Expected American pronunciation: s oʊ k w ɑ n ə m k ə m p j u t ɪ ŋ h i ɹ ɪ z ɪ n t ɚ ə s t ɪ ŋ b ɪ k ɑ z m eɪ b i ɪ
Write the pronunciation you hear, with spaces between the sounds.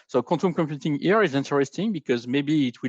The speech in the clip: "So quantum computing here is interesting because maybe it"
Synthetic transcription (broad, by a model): s oʊ k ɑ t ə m k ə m p j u t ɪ ŋ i ɹ ɪ z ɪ n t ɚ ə s t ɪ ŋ b ɪ k ɑ z m eɪ b i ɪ